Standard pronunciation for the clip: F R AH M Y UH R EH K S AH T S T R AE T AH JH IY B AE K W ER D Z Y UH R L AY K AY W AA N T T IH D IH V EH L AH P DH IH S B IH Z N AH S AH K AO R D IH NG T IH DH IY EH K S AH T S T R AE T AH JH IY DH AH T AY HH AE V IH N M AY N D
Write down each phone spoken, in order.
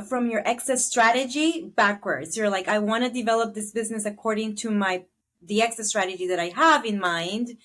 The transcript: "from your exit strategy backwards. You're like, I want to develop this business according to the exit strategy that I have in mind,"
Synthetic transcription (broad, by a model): F R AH M Y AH R EH K S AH S T R AE T AH JH IY B AE K W ER D Z Y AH R L AY K AY W AA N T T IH D IH V EH L AH P DH IH S B IH Z N AH S AH K AO R D IH NG T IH DH IY EH K S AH S T R AE T AH JH IY DH AH T AY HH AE V IH N M AY N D